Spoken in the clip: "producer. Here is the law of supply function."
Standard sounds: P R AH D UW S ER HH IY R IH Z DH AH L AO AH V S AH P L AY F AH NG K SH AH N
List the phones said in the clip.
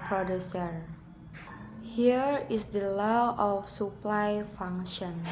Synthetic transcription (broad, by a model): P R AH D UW S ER HH IY R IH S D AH L AO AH F S AH P L AY F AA NG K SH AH N